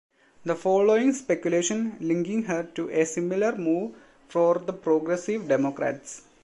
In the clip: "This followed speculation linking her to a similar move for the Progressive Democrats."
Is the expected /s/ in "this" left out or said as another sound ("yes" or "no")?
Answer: yes